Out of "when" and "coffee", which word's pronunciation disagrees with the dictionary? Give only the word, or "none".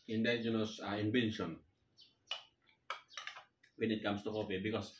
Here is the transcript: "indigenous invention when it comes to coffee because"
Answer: coffee